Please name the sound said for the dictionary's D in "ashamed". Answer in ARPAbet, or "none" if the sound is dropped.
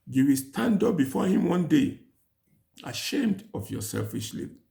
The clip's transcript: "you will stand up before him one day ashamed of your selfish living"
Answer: D